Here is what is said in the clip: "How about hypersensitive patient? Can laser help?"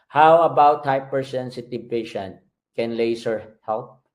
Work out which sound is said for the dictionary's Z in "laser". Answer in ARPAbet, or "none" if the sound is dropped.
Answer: S